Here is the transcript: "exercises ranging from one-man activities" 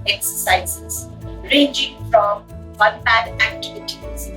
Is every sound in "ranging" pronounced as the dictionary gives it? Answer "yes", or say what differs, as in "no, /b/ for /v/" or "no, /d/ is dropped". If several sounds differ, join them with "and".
yes